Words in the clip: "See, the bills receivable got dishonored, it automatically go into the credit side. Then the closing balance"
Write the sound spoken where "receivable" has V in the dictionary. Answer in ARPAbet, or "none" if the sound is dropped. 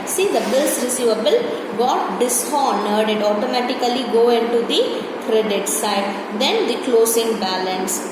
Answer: V